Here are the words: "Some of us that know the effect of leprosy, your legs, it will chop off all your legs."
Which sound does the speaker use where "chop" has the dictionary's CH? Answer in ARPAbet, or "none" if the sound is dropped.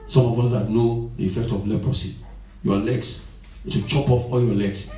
CH